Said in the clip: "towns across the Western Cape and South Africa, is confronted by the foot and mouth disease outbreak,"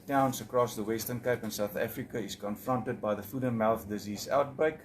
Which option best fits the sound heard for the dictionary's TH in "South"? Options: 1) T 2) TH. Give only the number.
2